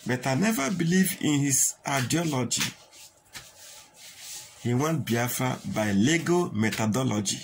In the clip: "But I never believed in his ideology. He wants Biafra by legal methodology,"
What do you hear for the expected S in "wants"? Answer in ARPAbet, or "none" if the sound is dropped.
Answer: none